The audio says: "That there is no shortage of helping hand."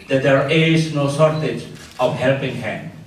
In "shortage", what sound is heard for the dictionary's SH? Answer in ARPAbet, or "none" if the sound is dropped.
S